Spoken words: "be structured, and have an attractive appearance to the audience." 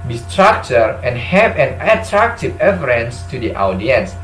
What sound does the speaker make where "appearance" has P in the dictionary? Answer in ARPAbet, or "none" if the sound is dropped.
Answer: F